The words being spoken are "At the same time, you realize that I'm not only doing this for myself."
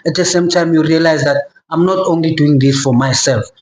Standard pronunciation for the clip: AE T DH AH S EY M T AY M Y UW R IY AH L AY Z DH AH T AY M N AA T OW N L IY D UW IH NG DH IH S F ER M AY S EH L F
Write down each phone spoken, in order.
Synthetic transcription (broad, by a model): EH T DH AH S EY M T AY M Y UW R IY AH L AY Z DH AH T AY M N AA T OW N L IY D UW IH NG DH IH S F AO M AY S EH L F